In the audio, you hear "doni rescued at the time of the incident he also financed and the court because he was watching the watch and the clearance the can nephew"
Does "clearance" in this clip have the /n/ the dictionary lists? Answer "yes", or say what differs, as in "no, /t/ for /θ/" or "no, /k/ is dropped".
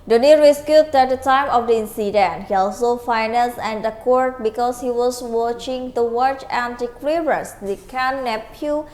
no, /n/ is dropped